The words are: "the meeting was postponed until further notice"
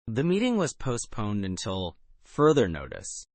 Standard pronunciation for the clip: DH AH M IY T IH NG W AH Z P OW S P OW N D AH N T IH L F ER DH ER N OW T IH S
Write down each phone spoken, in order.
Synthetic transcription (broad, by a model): DH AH M IY T IH NG W AH Z P OW S P OW N D AH N T IH L F ER DH ER N OW T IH S